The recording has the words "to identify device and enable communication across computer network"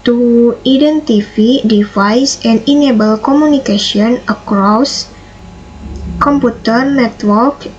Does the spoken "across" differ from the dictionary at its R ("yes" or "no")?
no